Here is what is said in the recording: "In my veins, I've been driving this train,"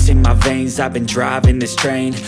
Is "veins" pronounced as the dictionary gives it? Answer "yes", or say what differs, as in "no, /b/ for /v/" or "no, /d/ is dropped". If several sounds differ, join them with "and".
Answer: yes